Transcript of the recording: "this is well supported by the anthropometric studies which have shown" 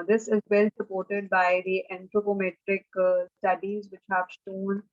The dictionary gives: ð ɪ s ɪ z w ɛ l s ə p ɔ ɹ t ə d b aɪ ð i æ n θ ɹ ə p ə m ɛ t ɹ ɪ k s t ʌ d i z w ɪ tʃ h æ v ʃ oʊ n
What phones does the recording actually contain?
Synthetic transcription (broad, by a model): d ɪ s ɪ z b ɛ l s ə p ɔ ɹ t ə d b aɪ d i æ n t ɹ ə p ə m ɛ t ɹ ɪ k s t ʌ d i z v ɪ tʃ h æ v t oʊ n